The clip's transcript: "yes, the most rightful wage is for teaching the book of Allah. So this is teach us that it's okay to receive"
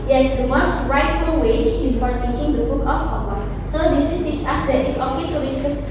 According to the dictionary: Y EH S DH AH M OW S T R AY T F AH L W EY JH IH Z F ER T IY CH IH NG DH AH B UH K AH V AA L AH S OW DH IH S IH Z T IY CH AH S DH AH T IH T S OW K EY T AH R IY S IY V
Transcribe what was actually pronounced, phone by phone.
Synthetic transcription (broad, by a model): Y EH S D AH M OW S T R AY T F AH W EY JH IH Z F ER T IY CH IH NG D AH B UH K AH F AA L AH S OW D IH S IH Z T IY S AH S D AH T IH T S OW K EY S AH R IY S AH